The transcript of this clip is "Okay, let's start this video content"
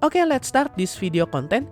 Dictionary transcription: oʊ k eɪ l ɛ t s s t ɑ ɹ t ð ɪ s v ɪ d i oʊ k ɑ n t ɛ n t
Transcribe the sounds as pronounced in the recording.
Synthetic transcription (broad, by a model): oʊ k eɪ l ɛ t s s t ɑ ɹ t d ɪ s f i d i oʊ k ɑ n t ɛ n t